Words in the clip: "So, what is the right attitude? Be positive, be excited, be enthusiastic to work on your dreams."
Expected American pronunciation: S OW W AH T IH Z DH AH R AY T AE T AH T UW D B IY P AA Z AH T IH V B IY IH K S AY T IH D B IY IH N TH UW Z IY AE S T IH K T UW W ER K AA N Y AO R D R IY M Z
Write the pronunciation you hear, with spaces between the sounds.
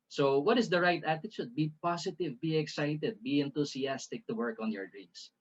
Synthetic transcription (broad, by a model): S OW W AH T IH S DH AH R AY T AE T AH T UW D B IY P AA S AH T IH V B IY IH K S AY T IH D B IY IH N T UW S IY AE S T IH K T UW W ER K AA N Y AO R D R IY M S